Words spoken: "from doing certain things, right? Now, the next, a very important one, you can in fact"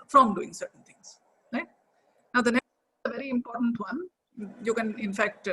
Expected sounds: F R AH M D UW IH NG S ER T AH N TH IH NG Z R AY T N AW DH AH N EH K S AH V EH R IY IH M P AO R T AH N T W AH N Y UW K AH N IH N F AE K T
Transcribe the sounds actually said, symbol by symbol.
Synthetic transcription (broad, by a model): F R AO M D UW IH NG S ER T AH N T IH NG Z R AY T N AW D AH N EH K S AH V EH R IY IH M P AO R T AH N T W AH N Y UW K AH N IH N F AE K T